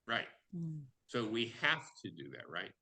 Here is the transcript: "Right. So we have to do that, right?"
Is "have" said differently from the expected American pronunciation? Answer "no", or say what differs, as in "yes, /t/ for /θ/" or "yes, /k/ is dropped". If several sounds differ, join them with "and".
yes, /f/ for /v/